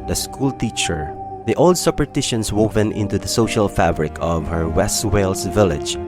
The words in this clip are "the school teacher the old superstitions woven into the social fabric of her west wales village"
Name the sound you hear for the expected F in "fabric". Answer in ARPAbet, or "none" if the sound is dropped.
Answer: F